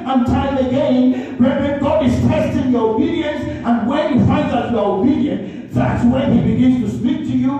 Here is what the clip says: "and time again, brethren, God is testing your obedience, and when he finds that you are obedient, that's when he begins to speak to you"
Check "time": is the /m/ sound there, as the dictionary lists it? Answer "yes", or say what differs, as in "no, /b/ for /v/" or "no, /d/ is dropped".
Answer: no, /m/ is dropped